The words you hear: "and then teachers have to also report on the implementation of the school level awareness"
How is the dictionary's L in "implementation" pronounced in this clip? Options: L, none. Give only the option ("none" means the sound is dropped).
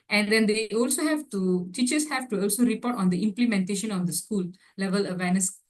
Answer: L